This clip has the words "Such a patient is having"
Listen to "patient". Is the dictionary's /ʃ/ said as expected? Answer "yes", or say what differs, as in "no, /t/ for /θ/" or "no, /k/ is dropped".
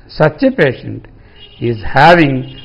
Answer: yes